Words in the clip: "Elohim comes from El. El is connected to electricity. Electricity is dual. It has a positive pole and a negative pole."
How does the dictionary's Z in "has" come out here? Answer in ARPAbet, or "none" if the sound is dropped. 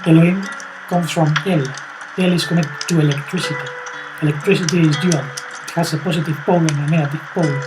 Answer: S